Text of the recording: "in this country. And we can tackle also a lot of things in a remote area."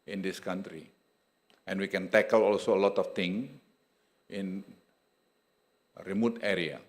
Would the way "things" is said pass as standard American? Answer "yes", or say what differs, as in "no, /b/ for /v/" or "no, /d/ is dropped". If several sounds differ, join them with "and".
no, /z/ is dropped